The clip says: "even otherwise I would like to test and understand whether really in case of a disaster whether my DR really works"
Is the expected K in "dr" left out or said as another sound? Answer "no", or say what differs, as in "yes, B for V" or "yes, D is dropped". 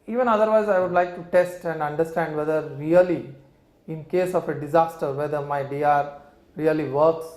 yes, K is dropped